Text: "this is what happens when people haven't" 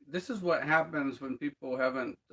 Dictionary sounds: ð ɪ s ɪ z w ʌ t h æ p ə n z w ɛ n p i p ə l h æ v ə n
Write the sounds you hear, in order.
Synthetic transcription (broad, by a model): ð ɪ s ɪ z w ʌ t h æ p ə n z w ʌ n p i p l h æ v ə n